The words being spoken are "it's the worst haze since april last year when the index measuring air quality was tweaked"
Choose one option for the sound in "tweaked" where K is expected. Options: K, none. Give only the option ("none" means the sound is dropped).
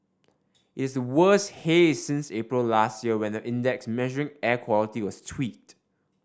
none